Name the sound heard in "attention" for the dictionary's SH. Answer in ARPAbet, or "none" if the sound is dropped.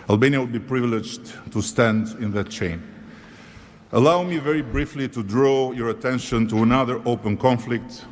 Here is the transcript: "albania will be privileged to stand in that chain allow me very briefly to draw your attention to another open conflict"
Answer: SH